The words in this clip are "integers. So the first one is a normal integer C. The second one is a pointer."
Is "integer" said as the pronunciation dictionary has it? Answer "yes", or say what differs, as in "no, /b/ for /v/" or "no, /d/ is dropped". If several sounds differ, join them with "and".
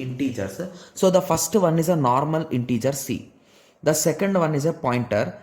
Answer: yes